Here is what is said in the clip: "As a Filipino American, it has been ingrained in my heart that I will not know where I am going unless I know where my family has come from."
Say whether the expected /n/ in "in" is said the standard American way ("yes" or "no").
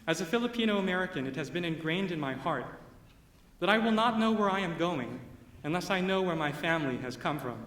yes